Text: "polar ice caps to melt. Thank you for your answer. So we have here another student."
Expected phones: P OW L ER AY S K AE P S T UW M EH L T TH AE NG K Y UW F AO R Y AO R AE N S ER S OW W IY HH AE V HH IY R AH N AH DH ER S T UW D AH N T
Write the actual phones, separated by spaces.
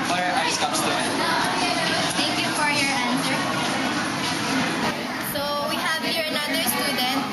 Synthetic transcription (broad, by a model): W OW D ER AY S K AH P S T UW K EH T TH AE NG K Y UW F AO R Y AO R AE N S ER S OW W IY HH AE V HH IY R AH N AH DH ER S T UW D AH N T